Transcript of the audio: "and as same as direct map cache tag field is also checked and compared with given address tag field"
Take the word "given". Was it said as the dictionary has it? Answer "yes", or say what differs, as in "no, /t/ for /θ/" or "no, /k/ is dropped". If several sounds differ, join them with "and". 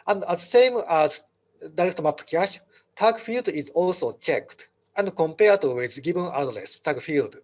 no, /b/ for /v/